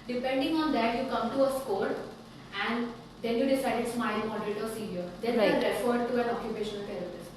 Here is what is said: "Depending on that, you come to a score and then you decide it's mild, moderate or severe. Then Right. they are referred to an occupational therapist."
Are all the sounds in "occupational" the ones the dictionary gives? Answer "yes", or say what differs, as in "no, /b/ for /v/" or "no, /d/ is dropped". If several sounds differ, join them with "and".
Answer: yes